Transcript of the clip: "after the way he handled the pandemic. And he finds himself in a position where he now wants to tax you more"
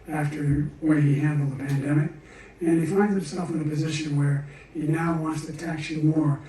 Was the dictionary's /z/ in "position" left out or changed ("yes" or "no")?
no